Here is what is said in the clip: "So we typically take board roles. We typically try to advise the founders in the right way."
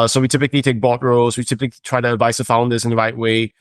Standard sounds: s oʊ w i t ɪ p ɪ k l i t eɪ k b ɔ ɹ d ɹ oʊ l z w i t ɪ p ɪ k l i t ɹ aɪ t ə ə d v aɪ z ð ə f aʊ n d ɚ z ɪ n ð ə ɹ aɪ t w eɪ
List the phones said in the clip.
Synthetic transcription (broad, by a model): s oʊ w i t ɪ p ɪ k l i t eɪ k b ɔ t ɹ oʊ l z w i t ɪ p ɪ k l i t ɹ aɪ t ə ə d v aɪ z ð ə f aʊ n d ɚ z ɪ n ð ə ɹ aɪ t w eɪ